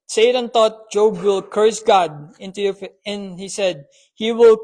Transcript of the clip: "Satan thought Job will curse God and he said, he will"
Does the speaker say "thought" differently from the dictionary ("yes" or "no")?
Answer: yes